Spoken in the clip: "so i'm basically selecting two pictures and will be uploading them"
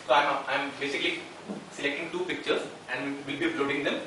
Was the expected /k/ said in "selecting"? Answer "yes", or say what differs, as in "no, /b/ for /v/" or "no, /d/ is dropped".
yes